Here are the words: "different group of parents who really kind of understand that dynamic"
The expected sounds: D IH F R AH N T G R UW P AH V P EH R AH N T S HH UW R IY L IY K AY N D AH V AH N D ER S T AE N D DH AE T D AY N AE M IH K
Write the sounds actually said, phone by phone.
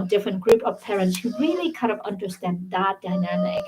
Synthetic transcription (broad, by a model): D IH F R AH N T G R UW P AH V P EH R AH N T S HH UW R IY L IY K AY D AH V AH N D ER S T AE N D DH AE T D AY N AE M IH K